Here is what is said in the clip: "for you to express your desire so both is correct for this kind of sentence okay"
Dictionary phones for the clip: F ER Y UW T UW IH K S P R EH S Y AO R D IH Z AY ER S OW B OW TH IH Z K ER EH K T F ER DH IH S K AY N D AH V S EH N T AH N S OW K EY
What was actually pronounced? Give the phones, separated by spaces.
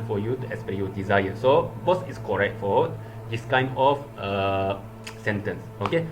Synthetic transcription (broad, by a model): F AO Y UW T UW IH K S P EH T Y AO D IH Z AY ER S OW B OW S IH S K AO EH K T F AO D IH S K AY N D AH F S EH N T AH N S OW K EY